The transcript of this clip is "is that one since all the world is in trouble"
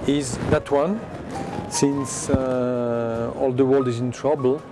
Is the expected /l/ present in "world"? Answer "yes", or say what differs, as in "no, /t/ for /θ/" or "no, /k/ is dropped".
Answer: yes